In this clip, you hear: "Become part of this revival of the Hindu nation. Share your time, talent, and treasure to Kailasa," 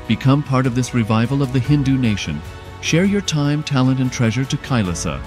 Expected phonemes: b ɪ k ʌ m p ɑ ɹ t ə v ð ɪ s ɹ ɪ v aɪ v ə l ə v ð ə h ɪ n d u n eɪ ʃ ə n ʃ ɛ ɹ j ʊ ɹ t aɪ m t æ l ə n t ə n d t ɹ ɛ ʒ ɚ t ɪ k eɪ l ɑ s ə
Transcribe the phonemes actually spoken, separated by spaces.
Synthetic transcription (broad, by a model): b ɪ k ʌ m p ɑ ɹ t ə v ð ɪ s ɹ ɪ v aɪ v ə l ə v ð ə h ɪ n d u n eɪ ʃ ə n ʃ ɛ ɹ j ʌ ɹ t aɪ m t æ l ə n t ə n t ɹ ɛ ʒ ɚ t ɪ k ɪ l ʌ s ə